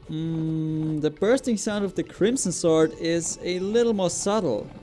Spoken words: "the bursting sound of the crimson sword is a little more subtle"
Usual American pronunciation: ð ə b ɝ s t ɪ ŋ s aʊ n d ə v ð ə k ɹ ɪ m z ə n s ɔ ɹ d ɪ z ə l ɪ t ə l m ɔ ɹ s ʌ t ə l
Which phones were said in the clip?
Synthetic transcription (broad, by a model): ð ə b ɝ s t ɪ ŋ s aʊ n d ə v ð ə k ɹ ɪ m s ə n s ɔ ɹ d ɪ z ə l ɪ t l m ɔ ɹ s ʌ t l